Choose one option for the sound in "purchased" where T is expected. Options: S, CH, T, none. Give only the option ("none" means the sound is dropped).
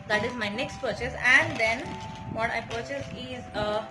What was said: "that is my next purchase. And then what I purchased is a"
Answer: none